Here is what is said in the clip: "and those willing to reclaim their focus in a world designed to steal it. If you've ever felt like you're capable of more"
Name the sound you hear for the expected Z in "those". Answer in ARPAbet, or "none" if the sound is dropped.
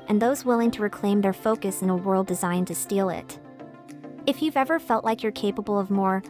Z